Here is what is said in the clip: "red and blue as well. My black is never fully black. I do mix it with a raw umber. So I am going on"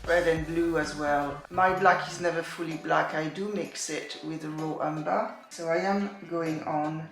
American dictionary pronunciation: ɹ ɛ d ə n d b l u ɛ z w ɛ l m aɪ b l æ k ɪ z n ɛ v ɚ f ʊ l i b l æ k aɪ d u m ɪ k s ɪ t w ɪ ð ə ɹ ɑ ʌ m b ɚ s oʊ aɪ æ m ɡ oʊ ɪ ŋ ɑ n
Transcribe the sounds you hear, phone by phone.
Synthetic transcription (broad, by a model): ɹ ɛ d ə n b l u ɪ z w ɛ l m aɪ b l æ k ɪ z n ɛ v ɚ f ʊ l i b l æ k aɪ d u m ɪ k s ɪ t w ɪ ð ə ɹ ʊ ʌ m b ɚ s oʊ aɪ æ m ɡ oʊ ɪ ŋ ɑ n